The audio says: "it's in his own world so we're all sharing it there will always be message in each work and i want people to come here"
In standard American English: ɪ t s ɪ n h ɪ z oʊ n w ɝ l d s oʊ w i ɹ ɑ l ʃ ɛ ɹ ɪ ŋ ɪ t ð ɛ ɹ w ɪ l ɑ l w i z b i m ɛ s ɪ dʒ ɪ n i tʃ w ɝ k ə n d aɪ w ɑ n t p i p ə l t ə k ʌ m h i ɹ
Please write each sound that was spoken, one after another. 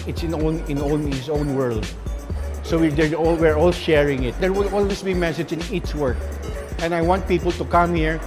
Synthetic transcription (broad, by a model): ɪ t s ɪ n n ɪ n oʊ n w ɝ l d s oʊ w i ɹ ɑ l ʃ ɛ ɹ ɪ ŋ ɪ t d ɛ ɹ w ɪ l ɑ l w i s b i m ɛ s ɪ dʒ ɪ n i tʃ w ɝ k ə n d aɪ w ɑ n t p i p ə l t ə k ʌ m h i ɹ